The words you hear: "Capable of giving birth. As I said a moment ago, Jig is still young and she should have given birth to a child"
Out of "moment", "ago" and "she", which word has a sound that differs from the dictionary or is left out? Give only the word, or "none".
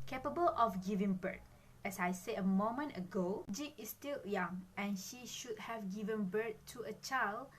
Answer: none